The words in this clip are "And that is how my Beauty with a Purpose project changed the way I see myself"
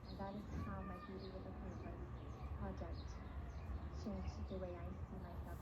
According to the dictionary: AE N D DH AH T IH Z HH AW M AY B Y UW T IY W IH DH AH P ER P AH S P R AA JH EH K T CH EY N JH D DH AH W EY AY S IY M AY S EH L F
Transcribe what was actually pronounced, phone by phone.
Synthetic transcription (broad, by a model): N DH AH T IH Z HH AW M AY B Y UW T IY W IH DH AH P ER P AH P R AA JH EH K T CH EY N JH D DH AH W EY AY S IY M AY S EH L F